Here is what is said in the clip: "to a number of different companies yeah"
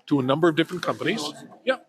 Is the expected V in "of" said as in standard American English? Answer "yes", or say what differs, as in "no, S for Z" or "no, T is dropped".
yes